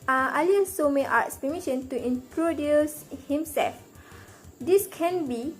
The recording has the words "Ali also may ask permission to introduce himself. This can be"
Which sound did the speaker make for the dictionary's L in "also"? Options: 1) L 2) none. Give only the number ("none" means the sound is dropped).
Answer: 2